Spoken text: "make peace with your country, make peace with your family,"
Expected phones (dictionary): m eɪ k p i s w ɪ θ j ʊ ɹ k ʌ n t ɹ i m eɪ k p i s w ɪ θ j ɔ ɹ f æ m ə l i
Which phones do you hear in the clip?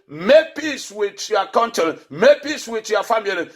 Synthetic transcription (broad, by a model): m eɪ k p i s w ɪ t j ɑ k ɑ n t i m eɪ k p i s w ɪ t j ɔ f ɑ m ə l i